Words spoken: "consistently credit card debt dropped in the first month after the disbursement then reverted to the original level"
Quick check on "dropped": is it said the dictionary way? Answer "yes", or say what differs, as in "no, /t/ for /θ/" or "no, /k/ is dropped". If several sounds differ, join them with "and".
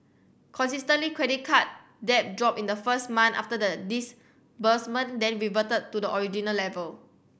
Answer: no, /t/ is dropped